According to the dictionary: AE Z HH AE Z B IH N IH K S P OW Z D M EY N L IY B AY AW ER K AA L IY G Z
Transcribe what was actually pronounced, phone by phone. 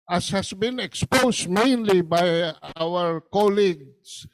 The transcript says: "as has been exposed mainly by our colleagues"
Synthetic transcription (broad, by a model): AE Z HH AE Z B IH N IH K S P OW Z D M EY N L IY B AY AW ER K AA L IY G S